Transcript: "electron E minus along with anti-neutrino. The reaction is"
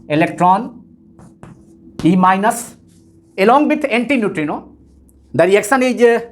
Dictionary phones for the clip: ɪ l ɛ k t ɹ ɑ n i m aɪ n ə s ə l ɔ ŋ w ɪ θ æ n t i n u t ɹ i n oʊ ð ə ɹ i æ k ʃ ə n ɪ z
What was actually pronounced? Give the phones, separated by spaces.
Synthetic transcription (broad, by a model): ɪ l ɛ k t ɹ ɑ n i m aɪ n ə s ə l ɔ ŋ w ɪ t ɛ n t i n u t ɹ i n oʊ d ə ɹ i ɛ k s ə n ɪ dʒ